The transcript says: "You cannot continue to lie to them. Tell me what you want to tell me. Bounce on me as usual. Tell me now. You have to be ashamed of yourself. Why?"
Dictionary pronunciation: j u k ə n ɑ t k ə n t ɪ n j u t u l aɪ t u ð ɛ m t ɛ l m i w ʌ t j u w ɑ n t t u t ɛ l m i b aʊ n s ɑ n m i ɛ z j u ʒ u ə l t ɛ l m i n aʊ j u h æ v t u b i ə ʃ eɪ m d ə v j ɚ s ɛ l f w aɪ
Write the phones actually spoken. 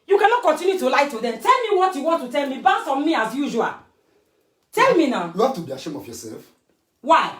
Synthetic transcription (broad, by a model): j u k ə n ɑ t k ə n t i n j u t u l aɪ t u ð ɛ m t ɛ l m i w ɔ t j u w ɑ n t t u t ɛ l m i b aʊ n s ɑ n m i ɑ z j u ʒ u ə l t ɛ l m i n aʊ j u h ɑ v t u b i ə ʃ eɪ m ə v j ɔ s ɛ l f w aɪ